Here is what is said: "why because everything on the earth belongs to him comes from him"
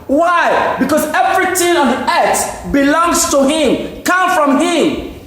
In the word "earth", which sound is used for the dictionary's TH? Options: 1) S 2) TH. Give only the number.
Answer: 1